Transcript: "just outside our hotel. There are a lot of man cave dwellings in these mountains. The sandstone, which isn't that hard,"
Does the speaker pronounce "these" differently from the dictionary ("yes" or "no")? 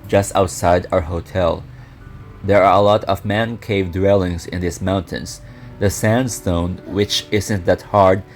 yes